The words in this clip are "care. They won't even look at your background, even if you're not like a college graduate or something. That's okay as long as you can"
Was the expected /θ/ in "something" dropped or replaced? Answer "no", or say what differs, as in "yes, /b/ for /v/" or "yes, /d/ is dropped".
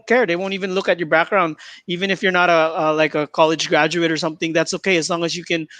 no